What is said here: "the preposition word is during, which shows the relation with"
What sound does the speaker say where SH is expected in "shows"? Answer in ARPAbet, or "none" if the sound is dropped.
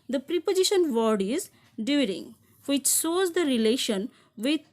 S